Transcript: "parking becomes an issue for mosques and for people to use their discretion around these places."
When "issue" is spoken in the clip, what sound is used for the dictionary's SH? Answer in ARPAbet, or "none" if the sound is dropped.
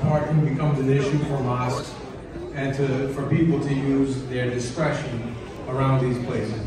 SH